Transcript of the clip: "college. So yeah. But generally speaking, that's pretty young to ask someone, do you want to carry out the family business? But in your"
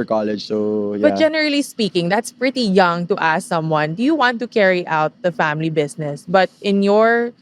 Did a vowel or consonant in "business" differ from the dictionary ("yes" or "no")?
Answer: yes